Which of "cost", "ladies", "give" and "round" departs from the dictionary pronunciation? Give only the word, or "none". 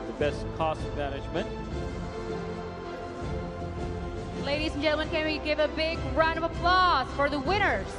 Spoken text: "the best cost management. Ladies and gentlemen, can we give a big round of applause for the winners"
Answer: round